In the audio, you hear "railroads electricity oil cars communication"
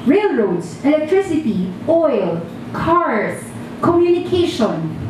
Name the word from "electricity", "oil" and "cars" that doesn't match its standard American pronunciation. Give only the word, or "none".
cars